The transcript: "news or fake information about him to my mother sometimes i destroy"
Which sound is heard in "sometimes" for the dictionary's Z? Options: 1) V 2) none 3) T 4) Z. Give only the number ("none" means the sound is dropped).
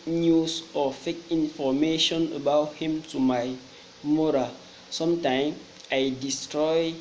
2